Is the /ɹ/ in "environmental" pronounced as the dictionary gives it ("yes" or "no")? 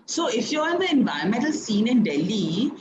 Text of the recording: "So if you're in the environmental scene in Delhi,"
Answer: no